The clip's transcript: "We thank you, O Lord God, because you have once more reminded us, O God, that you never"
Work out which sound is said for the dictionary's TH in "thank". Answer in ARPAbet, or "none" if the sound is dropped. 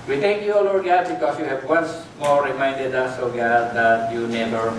T